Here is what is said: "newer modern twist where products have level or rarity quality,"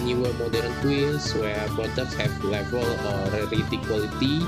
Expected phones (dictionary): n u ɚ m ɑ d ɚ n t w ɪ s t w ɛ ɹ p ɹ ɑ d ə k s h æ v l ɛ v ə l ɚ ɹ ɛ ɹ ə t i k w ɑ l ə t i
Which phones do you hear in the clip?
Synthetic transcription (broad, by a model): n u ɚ m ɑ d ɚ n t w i s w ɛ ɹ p ɑ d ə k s h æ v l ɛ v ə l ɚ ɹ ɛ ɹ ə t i k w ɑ l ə t i